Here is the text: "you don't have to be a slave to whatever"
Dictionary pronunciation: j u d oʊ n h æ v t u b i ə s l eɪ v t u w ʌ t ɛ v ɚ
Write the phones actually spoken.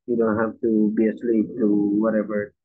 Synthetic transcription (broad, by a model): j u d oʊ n h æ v t u b i ə s l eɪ p t u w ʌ t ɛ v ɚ